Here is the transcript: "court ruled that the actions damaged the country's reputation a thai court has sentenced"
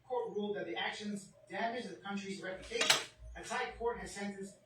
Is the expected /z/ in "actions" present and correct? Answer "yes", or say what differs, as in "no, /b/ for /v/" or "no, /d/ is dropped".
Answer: yes